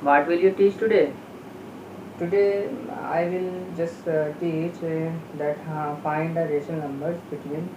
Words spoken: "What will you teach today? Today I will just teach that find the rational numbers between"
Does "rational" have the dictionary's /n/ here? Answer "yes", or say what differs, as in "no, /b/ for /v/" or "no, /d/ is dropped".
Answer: no, /n/ is dropped